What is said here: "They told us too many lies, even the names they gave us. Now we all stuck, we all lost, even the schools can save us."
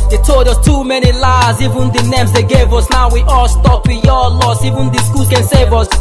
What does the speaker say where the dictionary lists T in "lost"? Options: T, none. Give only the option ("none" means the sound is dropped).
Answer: none